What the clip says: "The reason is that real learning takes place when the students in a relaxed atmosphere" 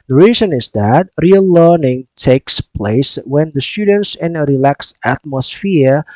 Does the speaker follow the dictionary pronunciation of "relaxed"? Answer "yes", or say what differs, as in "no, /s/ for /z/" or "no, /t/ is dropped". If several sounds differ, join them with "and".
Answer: no, /t/ is dropped